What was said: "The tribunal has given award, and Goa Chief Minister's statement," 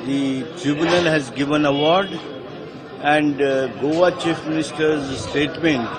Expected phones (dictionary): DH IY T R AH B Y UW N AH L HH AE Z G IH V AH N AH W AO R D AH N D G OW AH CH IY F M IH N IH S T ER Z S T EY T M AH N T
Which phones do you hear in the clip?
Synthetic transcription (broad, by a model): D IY T R AH B Y UW N AH L HH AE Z G IH V AH N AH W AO R D AH N D G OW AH CH IY F M IH N IH S T ER Z S T EY T M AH N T